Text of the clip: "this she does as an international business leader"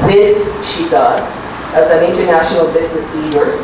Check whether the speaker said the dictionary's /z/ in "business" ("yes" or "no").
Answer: yes